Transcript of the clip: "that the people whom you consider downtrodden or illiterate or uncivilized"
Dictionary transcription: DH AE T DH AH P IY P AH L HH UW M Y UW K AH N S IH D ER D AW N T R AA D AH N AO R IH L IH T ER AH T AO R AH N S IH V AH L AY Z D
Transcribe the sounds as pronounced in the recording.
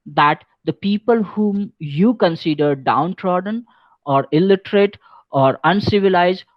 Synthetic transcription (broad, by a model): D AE T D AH P IY P AH L HH UW M Y UW K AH N S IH D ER D AW N T R AA D AH N AO R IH L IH T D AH T AO R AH N S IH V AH L AY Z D